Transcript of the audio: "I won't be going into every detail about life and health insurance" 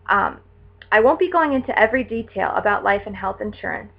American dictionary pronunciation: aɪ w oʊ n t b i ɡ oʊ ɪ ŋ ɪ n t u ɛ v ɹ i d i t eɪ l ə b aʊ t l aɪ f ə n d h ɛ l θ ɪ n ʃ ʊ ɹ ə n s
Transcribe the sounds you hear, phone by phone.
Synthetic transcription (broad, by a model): aɪ w oʊ n b i ɡ oʊ ɪ ŋ ɪ n t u ɛ v ɹ i d i t eɪ l ə b aʊ t l aɪ f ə n h ɛ l θ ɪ n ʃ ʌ ɹ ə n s